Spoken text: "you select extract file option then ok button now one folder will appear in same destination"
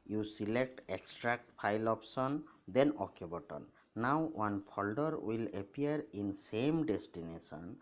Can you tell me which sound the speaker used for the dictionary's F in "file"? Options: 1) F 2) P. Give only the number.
2